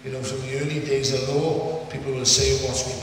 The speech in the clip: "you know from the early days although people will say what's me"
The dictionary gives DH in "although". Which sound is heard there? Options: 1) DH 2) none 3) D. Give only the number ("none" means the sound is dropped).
2